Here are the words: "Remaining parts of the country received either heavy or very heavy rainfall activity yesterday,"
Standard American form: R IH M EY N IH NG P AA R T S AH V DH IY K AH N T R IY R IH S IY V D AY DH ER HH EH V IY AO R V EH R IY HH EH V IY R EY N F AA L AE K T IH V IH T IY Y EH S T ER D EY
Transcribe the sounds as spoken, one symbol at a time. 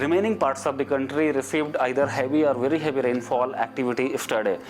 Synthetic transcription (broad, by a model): R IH M EY N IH NG P AA R T S AH V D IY K AH N T R IY R IH S IY V D AY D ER HH EH V IY AO R V EH R IY HH EH V IY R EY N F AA L AE K T IH V IH T IY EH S T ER D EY